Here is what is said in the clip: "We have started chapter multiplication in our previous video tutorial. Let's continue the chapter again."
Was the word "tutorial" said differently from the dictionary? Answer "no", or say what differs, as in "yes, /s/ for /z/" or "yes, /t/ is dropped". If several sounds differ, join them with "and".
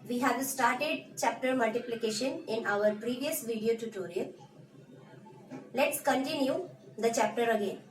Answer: yes, /n/ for /l/